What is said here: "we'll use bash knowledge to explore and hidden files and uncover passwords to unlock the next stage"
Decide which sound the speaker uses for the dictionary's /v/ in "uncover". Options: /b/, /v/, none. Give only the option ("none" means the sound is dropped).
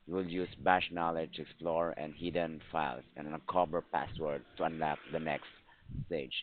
/b/